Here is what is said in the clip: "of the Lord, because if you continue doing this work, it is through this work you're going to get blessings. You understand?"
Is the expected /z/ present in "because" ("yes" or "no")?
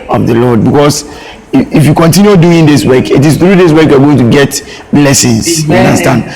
no